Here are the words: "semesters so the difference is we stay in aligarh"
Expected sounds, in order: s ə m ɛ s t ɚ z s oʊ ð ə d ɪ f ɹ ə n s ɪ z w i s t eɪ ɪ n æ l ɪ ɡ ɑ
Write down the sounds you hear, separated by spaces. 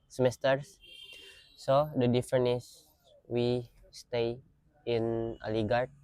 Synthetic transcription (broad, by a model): s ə m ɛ s t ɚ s s oʊ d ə d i f ɹ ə n ɪ s w i s t eɪ ɪ n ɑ l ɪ ɡ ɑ